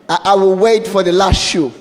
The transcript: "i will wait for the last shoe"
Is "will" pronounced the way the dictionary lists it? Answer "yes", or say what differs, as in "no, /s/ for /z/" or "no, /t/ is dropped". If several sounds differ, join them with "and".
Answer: yes